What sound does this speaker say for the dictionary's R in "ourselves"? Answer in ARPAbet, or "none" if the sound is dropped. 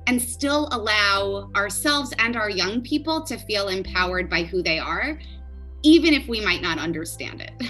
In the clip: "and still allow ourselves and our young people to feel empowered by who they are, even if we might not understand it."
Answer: R